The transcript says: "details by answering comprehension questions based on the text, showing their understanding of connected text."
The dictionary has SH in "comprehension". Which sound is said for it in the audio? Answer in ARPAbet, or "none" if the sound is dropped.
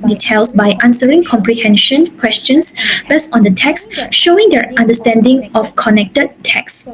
SH